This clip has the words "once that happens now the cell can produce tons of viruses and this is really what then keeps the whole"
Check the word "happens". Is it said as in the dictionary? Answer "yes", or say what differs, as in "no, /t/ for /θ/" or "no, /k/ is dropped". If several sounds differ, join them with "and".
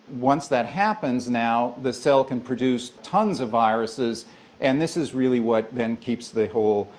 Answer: yes